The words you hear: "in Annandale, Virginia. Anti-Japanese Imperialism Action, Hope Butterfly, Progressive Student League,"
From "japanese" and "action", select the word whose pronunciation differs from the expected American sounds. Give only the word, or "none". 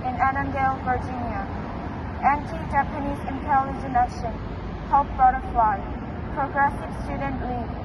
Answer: action